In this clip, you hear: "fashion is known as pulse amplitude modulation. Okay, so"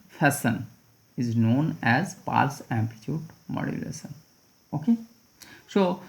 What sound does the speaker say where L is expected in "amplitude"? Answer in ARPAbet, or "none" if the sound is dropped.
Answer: none